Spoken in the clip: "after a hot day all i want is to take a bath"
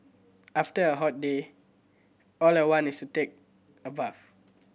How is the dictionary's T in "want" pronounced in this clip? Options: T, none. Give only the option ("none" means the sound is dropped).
none